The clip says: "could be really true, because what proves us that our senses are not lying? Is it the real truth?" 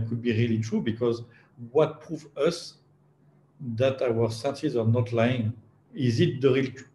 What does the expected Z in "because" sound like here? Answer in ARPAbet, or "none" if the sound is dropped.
Z